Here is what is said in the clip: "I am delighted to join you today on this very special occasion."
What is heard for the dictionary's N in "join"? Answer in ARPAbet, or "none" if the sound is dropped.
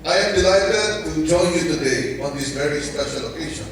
L